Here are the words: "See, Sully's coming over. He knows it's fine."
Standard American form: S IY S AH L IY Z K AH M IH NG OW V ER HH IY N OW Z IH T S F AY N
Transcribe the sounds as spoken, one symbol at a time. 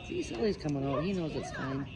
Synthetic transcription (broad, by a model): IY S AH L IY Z K AH M IH NG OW UH HH IY N OW Z IH T S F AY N